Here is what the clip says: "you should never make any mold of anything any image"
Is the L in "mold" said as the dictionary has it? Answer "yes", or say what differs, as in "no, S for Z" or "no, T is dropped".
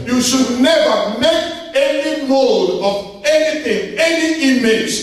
yes